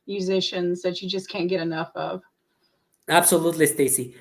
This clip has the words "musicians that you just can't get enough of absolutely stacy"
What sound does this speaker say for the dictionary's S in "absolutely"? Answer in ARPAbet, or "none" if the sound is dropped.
S